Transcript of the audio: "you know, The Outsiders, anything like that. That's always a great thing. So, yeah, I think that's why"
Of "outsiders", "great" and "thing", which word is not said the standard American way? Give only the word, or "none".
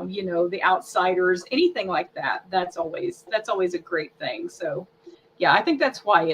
none